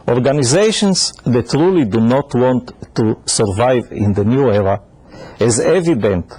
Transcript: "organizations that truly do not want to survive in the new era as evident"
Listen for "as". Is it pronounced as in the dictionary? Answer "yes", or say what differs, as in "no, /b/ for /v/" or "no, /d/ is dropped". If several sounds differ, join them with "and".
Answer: yes